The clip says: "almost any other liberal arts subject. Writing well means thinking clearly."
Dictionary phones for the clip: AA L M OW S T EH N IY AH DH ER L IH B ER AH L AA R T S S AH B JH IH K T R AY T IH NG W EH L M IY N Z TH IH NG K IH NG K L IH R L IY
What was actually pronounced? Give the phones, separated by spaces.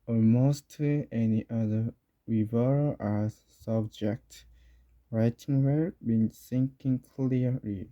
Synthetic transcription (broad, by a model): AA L M OW S T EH N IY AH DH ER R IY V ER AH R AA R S S AH B JH IH K T R AY T IH NG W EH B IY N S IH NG K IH NG K L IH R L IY